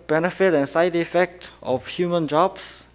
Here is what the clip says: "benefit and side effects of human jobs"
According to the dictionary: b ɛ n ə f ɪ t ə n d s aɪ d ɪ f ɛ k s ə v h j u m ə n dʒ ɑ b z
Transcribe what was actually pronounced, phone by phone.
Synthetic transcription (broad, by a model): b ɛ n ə f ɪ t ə n s aɪ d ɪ f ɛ k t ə f h j u m ə n dʒ ɑ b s